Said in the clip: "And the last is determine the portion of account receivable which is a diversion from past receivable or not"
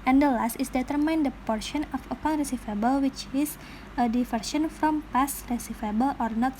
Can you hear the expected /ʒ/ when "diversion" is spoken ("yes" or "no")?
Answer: no